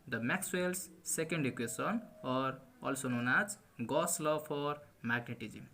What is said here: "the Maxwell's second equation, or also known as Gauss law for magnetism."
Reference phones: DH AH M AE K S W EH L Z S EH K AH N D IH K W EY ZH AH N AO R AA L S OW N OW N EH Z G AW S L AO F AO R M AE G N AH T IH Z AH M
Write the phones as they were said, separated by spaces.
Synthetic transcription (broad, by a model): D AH M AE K S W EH L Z S EH K AH N D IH K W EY S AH N AO R AA L S OW N OW N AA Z G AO S L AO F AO R M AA G N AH T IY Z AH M